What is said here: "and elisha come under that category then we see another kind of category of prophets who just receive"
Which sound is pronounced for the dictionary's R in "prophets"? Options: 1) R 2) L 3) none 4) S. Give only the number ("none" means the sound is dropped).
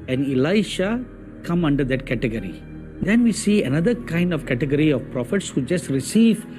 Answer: 1